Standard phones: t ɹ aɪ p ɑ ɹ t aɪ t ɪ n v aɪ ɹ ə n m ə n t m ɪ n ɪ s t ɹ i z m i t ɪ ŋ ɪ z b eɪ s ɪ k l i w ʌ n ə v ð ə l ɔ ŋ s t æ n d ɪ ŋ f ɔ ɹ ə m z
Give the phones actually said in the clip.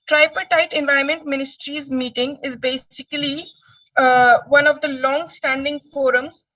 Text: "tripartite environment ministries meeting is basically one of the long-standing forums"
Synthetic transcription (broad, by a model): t ɹ aɪ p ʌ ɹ t aɪ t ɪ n v aɪ ə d m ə n t m ɪ n ɪ s t ɹ i z m i t ɪ ŋ ɪ z b eɪ s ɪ k l i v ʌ n ə v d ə l ɔ ŋ s t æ n d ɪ ŋ f ɔ ɹ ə m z